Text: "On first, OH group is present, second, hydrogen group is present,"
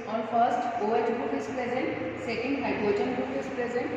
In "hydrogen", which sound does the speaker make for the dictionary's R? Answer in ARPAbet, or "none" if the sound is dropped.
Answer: none